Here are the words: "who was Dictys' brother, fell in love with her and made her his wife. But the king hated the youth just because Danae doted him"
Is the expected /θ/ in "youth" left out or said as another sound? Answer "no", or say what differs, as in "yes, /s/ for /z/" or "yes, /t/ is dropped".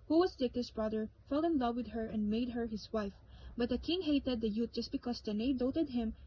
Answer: yes, /t/ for /θ/